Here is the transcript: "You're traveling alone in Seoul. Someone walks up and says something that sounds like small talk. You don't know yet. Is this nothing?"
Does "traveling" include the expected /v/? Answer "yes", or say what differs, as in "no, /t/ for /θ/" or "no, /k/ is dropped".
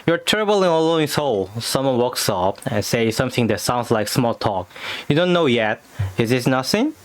no, /b/ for /v/